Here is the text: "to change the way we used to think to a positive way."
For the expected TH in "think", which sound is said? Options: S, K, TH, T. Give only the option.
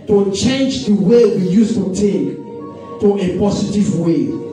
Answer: T